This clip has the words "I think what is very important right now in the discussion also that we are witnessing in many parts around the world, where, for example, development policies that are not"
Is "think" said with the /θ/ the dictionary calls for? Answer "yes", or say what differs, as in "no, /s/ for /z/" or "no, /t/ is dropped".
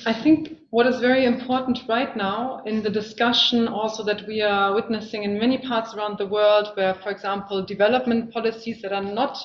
yes